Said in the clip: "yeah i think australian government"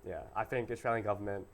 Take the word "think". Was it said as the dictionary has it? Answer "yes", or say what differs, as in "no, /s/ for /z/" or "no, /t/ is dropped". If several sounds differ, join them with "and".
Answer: yes